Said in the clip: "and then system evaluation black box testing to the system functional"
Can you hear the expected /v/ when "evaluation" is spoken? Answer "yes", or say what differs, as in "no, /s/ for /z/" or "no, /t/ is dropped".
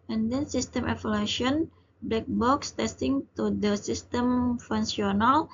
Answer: no, /f/ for /v/